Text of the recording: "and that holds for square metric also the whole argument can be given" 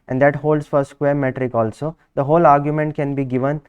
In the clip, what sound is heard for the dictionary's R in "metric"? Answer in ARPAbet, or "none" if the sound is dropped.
R